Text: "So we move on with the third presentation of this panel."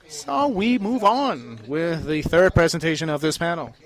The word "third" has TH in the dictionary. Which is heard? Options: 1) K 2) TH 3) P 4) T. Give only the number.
2